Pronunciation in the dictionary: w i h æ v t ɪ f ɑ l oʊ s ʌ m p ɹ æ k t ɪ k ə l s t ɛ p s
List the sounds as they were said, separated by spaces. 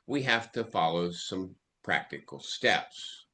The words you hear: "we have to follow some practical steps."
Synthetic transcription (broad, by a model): w i h æ f t ɪ f ɑ l oʊ s ʌ m p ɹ æ k t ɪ k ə l s t ɛ p s